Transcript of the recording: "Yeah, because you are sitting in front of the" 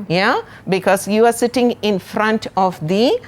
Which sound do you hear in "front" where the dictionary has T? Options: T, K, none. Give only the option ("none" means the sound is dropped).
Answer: T